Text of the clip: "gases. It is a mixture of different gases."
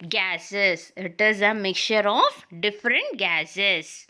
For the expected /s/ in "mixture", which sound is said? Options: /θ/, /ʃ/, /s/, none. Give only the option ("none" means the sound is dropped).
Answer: none